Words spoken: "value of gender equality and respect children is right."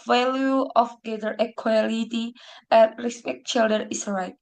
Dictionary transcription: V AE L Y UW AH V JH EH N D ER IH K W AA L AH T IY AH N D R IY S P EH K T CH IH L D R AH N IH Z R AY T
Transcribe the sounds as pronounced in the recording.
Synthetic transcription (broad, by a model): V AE L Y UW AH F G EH D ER IH K W AA L AH T IY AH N R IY S P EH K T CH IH L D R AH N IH S R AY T